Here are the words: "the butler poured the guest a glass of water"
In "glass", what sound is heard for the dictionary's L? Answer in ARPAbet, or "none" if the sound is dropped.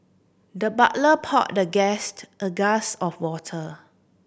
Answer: none